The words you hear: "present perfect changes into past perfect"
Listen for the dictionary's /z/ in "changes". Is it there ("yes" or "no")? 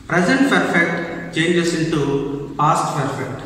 no